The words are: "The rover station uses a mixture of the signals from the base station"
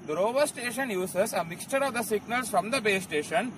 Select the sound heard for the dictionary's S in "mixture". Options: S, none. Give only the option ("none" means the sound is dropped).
S